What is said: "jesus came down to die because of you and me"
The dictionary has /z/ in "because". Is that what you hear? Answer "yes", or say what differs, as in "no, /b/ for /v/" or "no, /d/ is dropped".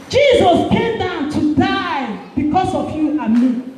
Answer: no, /s/ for /z/